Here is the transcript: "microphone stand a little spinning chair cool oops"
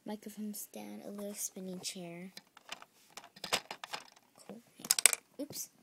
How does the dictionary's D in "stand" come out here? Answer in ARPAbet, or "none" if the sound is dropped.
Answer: none